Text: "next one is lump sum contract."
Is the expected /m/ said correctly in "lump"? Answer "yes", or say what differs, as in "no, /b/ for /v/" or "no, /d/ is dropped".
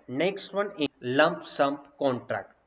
yes